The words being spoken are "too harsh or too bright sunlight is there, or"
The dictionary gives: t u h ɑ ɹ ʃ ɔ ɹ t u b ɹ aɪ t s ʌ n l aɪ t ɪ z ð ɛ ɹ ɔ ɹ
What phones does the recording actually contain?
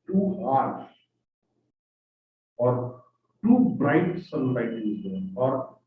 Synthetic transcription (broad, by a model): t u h ɑ ɹ s ɔ ɹ t u b ɹ aɪ t s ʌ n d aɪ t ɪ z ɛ ɔ ɹ